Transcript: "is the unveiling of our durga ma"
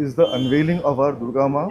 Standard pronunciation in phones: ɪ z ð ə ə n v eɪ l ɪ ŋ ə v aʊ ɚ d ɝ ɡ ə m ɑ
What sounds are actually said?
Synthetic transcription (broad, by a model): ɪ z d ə ə n v eɪ l ɪ ŋ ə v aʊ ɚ d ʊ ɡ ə m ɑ